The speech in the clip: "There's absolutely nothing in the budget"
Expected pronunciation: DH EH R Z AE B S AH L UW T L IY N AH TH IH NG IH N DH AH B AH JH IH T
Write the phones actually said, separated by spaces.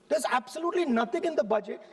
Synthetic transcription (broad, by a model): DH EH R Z AE B S AH L UW T L IY N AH T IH NG IH N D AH B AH JH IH T